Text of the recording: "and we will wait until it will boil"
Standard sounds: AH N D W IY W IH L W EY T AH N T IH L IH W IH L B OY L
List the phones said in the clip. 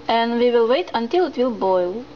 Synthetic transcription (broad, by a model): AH N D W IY W IH L W EY T AH N T IH L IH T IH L B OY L